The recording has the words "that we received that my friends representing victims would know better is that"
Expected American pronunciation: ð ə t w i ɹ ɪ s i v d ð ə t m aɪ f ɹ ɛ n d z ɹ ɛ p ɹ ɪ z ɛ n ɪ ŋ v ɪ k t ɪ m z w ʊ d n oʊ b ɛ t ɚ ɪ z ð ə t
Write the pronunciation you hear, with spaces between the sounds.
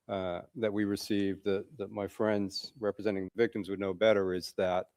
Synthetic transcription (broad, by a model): ð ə t w i ɹ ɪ s i v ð ð ə t m aɪ f ɹ ɛ n d z ɹ ɛ p ɹ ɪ z ɛ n ɪ ŋ v ɪ k t ɪ m z w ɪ d n oʊ b ɛ t ɚ ɪ z ð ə t